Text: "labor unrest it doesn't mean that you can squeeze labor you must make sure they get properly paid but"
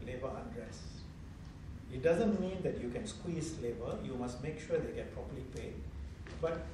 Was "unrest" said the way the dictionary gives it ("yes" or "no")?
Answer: no